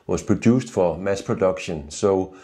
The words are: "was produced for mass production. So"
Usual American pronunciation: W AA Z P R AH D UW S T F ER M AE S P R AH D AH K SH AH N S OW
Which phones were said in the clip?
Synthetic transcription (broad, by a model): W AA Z P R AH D UW S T F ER M AE S P R AH D AH K SH AH N S OW